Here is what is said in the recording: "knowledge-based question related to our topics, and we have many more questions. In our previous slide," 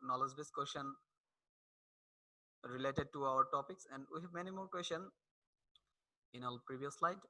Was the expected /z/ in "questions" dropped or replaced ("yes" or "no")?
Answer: yes